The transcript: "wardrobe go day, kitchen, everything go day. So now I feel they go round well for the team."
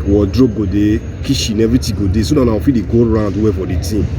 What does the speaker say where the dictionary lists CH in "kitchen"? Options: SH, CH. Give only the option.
SH